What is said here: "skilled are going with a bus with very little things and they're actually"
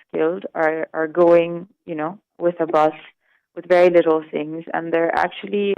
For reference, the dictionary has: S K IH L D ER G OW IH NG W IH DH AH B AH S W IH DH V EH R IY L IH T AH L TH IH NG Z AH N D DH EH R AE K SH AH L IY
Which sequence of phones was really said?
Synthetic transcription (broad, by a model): S K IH L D ER G OW IH NG W IH DH AH B AH S W IH DH V EH R IY L IH T L TH IH NG Z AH N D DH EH R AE K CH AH L IY